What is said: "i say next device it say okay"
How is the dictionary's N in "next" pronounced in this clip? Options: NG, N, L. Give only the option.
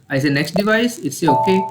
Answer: N